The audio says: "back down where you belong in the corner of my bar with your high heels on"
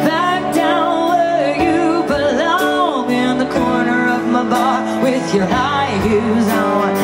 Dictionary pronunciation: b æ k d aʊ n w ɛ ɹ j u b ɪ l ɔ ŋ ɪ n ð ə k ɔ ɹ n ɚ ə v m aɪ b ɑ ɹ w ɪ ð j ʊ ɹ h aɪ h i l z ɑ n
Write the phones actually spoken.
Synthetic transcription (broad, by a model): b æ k d aʊ n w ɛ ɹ j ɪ b ɪ l ɔ ŋ ɪ n ð ə k ɔ ɹ n ɚ ə v m aɪ b ɑ ɹ w ɪ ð j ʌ ɹ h aɪ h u z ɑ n